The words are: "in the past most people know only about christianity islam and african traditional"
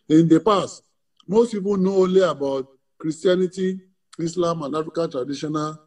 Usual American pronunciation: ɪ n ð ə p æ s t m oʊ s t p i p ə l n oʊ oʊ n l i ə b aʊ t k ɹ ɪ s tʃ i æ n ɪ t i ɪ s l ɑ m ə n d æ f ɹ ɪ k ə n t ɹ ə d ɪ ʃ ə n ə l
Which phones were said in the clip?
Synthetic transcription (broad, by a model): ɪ n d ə p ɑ s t m oʊ s t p i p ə n oʊ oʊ l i ə b aʊ t k ɹ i s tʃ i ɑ n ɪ t i ɪ s l ɑ m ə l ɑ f ɪ k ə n t ɹ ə d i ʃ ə n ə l